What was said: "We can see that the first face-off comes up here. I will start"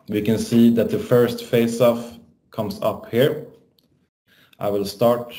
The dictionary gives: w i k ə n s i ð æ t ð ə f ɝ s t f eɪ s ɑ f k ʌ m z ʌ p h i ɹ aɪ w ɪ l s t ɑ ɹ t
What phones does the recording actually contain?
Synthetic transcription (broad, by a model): w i k ə n s i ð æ t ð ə f ɝ s t f eɪ s ɑ f k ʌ m s ʌ p h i ɹ aɪ w ɪ l s t ɑ ɹ t